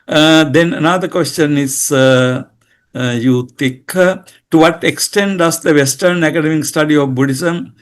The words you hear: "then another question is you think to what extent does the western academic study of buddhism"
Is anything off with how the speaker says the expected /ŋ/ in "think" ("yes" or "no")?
yes